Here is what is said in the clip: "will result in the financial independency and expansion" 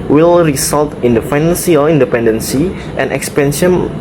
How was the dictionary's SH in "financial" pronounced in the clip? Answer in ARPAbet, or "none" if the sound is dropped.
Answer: S